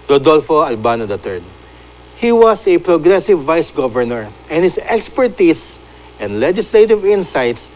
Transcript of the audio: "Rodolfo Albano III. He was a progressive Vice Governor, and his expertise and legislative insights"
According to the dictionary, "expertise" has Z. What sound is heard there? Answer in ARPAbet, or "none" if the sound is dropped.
S